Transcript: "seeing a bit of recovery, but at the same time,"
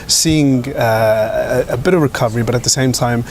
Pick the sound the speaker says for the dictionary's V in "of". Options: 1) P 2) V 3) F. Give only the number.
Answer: 2